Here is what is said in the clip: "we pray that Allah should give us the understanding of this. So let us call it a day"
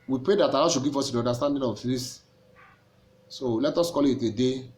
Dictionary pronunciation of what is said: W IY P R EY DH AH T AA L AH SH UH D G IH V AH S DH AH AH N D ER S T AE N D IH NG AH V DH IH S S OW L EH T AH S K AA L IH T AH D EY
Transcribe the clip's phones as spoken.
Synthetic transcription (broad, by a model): W IY P R EY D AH T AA N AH SH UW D G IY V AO S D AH N D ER S T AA N D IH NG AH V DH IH S S OW L EH T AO S K AA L IH T AH D EY